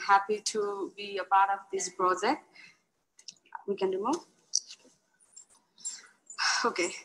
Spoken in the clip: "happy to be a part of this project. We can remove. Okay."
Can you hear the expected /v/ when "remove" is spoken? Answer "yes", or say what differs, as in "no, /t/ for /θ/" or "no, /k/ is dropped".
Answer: no, /v/ is dropped